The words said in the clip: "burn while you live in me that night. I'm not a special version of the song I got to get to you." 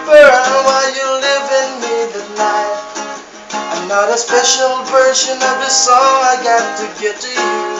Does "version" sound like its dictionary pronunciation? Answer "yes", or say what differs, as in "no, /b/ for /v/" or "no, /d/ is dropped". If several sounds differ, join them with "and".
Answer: no, /ʃ/ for /ʒ/